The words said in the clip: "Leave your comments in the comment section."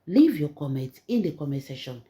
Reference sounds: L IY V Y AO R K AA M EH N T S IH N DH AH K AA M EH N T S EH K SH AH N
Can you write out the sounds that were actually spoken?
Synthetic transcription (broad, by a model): L IY V Y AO K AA M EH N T IH N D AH K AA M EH T S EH SH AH N